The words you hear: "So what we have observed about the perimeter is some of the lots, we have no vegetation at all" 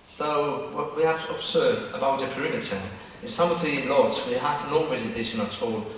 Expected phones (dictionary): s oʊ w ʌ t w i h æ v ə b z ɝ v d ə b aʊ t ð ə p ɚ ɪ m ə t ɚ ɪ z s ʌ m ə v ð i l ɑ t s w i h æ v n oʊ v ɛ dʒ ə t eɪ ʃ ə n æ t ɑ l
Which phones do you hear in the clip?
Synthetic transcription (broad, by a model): s oʊ w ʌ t w i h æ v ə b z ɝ v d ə b aʊ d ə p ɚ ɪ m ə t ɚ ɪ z s ʌ m ə v ð i l ɑ t s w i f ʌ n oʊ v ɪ z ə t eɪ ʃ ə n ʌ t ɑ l